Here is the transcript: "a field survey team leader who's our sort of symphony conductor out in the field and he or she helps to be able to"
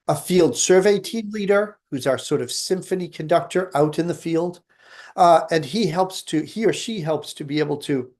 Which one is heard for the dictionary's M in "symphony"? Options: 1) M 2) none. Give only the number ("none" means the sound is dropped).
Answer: 1